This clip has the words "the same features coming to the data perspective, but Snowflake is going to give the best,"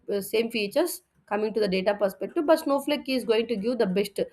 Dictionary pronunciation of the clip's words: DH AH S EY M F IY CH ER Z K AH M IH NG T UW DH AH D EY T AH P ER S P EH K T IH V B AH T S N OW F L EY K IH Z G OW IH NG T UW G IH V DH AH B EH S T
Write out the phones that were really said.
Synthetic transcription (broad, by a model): S EY M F IY CH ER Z K AH M IH NG T UW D AH D EY T AH P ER S P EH K T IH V B AH T S N OW F L EY K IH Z G OW IH NG T UW G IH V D AH B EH S T